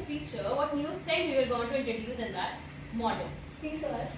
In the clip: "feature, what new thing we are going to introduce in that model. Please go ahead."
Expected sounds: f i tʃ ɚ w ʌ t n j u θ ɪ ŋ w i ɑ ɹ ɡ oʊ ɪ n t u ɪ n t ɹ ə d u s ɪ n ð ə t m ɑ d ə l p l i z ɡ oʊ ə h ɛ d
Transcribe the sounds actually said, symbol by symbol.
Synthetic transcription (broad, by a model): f i tʃ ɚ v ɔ t n j u t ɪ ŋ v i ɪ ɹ ɡ oʊ ɪ n t u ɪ n t ɹ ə d u s ɪ n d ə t m ɑ d ə l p i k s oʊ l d